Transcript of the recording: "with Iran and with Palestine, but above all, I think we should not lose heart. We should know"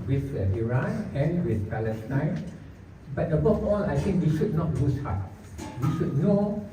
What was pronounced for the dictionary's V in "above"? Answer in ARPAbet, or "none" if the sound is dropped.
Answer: F